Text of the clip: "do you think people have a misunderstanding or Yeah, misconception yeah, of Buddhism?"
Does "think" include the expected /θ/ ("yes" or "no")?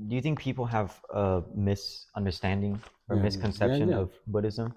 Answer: yes